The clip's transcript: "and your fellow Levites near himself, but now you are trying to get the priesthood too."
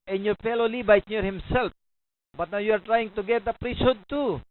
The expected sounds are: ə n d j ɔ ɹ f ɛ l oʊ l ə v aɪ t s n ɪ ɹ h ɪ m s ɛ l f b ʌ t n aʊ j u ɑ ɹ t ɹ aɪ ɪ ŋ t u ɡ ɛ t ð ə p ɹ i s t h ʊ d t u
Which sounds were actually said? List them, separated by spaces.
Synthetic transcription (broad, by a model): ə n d j ɔ ɹ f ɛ l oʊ l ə b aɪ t n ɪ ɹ h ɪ m s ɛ l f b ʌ t n aʊ j u ɑ ɹ t ɹ aɪ ɪ ŋ t u ɡ ɛ t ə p ɹ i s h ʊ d t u